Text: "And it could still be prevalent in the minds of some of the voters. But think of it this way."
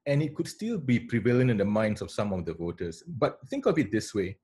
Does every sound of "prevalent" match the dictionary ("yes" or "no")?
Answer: no